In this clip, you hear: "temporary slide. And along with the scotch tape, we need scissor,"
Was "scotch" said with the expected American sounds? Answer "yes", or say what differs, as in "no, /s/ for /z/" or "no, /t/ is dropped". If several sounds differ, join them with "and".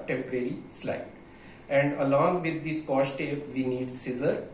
no, /ʃ/ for /tʃ/